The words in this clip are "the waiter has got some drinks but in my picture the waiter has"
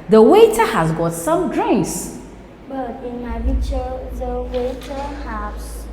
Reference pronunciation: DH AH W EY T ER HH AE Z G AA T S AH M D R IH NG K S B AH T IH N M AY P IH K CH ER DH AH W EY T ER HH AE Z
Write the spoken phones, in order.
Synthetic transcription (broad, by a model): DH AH W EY T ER HH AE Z G AA T S AH M D R IH NG K S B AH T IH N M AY B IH CH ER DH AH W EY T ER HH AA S